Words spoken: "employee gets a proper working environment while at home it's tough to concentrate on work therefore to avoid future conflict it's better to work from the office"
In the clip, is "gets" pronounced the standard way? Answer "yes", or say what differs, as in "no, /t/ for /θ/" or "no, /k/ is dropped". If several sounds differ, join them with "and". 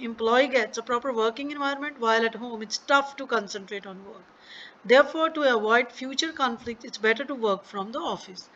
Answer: yes